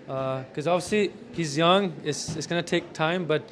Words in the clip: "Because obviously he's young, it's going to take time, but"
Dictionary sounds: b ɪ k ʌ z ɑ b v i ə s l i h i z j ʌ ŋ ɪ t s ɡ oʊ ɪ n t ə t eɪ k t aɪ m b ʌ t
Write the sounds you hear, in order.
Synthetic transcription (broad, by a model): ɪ k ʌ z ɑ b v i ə s l i h i z j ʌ ŋ ɪ t s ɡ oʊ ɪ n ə t eɪ k t aɪ m b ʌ t